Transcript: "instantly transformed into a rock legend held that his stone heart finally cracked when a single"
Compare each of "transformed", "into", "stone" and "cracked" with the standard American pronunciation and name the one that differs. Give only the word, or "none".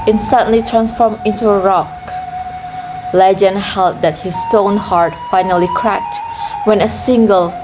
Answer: transformed